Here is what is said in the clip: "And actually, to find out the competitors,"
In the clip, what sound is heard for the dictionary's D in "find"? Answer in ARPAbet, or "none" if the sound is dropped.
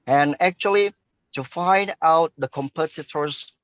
D